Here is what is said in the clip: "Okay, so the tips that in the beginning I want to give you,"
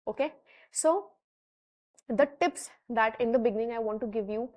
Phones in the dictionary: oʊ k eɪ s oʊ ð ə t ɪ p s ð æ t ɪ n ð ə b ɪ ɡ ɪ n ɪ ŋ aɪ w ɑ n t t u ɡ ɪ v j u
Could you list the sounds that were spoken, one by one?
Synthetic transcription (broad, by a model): oʊ k eɪ s oʊ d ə t ɪ p s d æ t ɪ n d ə b ɪ ɡ ɪ n ɪ ŋ aɪ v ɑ n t t u ɡ ɪ v j u